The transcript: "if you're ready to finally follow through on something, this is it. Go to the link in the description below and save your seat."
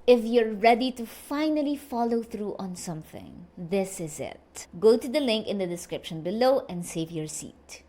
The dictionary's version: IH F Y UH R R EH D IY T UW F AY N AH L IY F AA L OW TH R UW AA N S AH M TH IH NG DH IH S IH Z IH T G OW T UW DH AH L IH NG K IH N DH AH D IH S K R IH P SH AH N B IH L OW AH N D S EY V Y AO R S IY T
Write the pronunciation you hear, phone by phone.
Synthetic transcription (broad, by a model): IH F Y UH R R EH D IY T UW F AY N AH L IY F AA L OW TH R UW AA N S AH M TH IH NG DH IH S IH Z IH T G OW T UW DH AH L IH NG K IH N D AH D IH S K R IH P SH AH N B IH L OW AH N D S EY V Y AO R S IY T